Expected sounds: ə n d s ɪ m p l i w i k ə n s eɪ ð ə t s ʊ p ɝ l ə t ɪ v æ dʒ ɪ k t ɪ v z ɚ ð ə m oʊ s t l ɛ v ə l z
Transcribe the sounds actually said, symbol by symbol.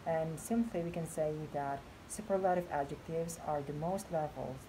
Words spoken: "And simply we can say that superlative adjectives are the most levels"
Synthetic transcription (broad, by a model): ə n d s ɪ m p l i w i k ə n s eɪ ð ə t s ʊ p ɝ l ə t ɪ v æ dʒ ɪ k t ɪ v z ɚ ð ə m oʊ s t l ɛ v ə l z